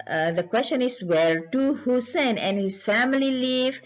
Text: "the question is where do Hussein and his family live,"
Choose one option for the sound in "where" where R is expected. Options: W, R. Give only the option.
R